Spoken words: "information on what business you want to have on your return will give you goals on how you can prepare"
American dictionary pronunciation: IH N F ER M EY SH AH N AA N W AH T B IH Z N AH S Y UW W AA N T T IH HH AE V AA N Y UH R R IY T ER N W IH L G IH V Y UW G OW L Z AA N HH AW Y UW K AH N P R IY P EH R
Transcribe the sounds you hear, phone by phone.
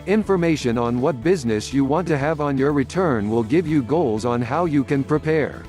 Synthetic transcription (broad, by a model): IH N F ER M EY SH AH N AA N W AH T B IH Z N AH S Y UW W AA N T T IH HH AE V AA N Y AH R R IY T ER N W IH L G IH V Y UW G OW L Z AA N HH AW Y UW K AH N P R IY P EH R